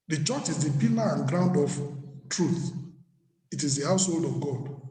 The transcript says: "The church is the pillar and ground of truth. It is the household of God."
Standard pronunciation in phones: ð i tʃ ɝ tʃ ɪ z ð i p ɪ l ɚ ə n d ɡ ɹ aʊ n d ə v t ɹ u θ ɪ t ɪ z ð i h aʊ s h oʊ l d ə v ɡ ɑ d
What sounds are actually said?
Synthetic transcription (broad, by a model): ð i tʃ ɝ tʃ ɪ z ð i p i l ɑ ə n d ɡ ɹ aʊ n d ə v t ɹ u θ ɪ t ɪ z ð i h aʊ s h oʊ l d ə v ɡ ɑ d